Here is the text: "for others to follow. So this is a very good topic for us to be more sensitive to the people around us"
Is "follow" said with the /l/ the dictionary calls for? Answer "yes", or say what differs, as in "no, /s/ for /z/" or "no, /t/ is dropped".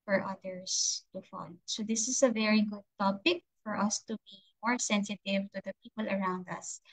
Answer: no, /n/ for /l/